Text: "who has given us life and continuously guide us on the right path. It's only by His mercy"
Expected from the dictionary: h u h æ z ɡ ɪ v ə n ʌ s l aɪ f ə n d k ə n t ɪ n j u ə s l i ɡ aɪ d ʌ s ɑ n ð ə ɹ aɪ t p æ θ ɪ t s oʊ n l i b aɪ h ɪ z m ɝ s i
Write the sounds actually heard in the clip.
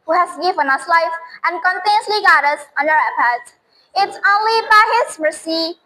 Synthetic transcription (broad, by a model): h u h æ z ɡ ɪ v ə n ʌ s l aɪ f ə n k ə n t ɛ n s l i ɡ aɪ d ʌ s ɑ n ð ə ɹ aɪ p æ s ɪ t s oʊ n l i b aɪ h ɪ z m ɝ s i